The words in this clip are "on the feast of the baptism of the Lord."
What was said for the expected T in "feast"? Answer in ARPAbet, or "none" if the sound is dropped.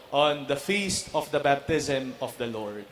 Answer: T